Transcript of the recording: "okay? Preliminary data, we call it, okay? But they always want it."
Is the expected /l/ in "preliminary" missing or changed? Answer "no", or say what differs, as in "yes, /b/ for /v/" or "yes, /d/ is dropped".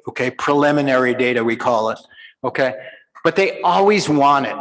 no